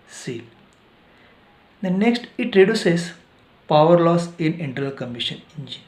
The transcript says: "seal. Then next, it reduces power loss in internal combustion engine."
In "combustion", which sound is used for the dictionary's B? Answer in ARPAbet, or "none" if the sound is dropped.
none